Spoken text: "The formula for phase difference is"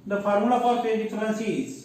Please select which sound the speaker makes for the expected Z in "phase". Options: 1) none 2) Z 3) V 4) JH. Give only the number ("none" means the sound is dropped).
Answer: 1